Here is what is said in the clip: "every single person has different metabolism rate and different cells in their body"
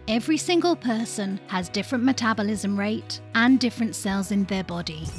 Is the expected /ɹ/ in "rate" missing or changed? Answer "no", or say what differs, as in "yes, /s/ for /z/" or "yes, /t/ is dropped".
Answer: no